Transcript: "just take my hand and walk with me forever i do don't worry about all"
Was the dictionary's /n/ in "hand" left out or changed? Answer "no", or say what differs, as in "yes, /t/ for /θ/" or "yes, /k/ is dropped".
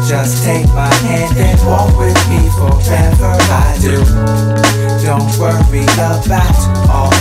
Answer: no